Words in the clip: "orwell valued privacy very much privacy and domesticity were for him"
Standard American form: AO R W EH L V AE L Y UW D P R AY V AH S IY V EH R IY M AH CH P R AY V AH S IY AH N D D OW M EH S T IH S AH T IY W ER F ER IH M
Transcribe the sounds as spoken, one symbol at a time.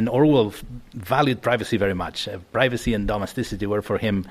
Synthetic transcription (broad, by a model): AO R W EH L V AE L Y UW D P R AY V AH S IY V EH R IY M AH CH P R AY V AH S IY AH N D D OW M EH S T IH S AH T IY W ER F ER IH M